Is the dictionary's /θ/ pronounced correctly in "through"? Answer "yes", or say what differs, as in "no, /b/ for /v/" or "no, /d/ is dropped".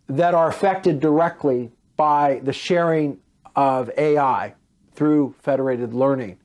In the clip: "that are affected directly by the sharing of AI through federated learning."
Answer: yes